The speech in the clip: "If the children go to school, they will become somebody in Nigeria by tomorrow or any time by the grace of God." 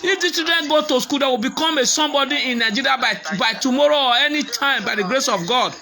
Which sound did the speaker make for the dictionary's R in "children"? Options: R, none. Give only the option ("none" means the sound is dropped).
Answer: none